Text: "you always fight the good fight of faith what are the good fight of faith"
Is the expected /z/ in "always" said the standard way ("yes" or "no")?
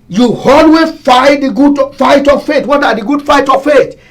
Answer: no